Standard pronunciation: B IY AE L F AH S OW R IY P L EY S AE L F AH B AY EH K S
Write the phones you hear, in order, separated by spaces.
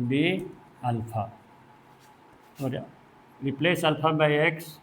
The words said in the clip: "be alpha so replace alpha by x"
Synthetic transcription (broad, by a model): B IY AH L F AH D R IY P L EY S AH L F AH B AY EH K S